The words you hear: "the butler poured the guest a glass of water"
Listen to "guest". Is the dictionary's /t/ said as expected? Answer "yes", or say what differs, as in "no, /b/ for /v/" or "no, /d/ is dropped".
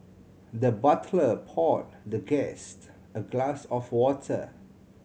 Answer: yes